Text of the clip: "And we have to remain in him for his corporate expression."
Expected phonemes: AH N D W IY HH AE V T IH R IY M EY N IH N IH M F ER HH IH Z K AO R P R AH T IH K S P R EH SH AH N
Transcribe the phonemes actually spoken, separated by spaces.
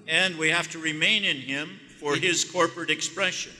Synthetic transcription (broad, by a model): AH N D W IY HH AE F T IH R IY M EY N IH N IH M F ER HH IH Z K AO R P R AH T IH K S P R EH SH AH N